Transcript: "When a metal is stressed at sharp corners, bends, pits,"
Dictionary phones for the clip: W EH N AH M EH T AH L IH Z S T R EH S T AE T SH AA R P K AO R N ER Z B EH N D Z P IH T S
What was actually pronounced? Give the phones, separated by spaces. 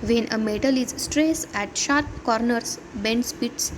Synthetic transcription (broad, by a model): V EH N AH M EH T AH L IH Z S T R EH S AE T SH AA R P K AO R N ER S B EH N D S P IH T S